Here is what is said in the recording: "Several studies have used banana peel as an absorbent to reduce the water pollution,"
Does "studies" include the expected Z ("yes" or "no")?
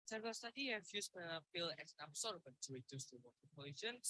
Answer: no